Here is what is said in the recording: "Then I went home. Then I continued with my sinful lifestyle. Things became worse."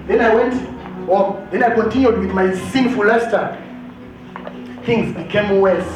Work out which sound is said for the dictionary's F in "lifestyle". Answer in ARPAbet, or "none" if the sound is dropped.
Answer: none